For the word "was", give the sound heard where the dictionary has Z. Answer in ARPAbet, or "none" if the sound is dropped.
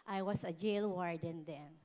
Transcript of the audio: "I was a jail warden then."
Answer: S